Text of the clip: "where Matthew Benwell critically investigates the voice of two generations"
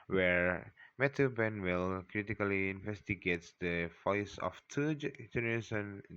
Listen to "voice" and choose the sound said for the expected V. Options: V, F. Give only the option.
F